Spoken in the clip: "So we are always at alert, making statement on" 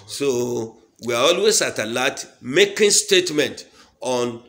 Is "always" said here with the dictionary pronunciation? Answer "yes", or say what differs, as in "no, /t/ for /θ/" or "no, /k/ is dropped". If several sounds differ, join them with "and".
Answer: no, /s/ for /z/